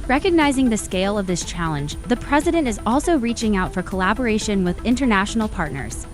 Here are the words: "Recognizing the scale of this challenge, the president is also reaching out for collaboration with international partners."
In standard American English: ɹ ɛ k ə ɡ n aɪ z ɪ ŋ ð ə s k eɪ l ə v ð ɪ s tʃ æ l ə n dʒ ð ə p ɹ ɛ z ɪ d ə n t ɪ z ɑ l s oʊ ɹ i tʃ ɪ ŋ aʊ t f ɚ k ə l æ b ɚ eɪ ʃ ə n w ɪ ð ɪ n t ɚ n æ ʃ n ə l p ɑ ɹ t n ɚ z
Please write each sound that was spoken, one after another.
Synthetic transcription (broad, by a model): ɹ ɛ k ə ɡ n aɪ z ɪ ŋ ð ə s k eɪ l ə v ð ɪ s tʃ æ l ə n dʒ ð ə p ɹ ɛ z ɪ d ə n t ɪ z ɑ l s oʊ ɹ i tʃ ɪ ŋ aʊ t f ɚ k ə l æ b ɚ eɪ ʃ ə n w ɪ ð ɪ n t ɚ n æ ʃ n l p ɑ ɹ t n ɚ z